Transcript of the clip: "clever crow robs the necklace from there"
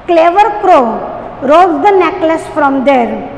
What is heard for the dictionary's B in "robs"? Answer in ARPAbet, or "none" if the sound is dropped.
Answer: none